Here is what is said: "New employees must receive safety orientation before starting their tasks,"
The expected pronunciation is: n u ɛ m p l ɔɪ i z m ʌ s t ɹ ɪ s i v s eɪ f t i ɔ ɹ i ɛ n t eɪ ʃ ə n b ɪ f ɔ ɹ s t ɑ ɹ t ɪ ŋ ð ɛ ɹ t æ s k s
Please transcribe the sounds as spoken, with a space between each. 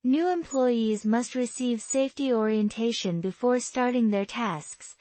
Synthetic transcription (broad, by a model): n u ɛ m p l ɔɪ i z m ʌ s t ɹ ɪ s i v s eɪ f t i ɔ ɹ i ɛ n t eɪ ʃ ə n b ɪ f ɔ ɹ s t ɑ ɹ t ɪ ŋ ð ɛ ɹ t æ s k s